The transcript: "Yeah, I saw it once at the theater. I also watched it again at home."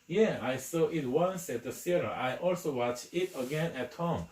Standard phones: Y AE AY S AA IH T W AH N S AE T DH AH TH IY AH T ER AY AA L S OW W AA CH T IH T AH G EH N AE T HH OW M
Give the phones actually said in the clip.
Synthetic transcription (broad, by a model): Y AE AY S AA IH T W AH N S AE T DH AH S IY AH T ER AY AA L S OW W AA CH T IH T AH G EH N AE T HH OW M